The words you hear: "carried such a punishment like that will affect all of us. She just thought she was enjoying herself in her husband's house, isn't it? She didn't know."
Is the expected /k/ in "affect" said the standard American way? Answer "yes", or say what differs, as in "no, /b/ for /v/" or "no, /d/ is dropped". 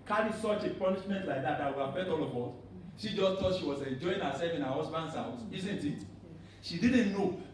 no, /k/ is dropped